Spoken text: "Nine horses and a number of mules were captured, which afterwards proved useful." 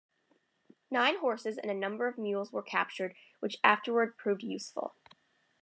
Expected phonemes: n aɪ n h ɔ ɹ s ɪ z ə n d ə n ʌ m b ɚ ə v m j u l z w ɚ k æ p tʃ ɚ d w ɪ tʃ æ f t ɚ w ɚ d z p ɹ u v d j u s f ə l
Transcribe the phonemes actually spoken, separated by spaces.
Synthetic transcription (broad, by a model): n aɪ n h ɔ ɹ s ɪ z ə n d ə n ʌ m b ɚ ə v m j u l z w ɚ k æ p tʃ ɚ d w ɪ tʃ æ f t ɚ w ɚ d p ɹ u v d j u s f ə l